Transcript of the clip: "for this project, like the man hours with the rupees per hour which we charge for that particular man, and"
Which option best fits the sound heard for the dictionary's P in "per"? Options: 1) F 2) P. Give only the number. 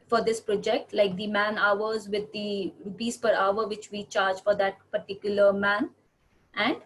2